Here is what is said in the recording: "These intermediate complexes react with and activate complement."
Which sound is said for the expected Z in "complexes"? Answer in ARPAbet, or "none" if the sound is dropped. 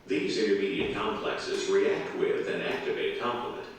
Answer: Z